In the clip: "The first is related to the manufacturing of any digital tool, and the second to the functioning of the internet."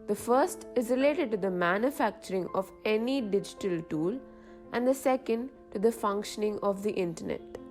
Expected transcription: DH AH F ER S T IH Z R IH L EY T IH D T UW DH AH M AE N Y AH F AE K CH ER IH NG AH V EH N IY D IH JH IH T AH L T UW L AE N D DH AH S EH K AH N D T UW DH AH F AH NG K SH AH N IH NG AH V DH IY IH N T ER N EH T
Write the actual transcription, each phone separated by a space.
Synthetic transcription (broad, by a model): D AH F ER S T IH Z R IH L EY T IH D T UW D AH M AE N Y AH F AE K CH ER IH NG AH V EH N IY D IH JH IH T AH L T UW L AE N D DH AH S EH K AH N D T UW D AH F AH NG K SH AH N IH NG AH V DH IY IH N T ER N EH T